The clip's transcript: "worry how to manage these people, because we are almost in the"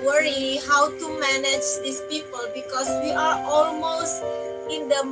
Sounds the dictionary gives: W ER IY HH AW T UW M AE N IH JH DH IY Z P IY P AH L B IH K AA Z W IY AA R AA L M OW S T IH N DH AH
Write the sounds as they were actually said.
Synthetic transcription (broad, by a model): W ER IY HH AW T UW M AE N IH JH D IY S P IY P AH L B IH K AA S W IY AA R AA L M OW S T IH N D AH